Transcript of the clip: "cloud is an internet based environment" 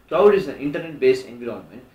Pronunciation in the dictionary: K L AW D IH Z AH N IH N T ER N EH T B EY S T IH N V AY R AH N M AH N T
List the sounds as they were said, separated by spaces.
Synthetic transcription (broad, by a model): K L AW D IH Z AH N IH N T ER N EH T B EY S IH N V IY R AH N M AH N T